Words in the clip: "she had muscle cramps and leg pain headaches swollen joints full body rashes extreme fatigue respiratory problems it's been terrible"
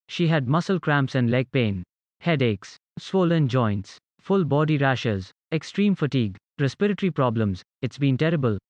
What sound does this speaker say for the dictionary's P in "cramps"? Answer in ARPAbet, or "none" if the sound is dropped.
P